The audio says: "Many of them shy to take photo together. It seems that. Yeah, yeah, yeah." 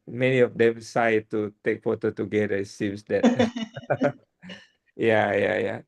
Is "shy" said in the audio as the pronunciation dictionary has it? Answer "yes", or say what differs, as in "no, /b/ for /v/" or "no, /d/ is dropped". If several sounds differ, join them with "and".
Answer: no, /s/ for /ʃ/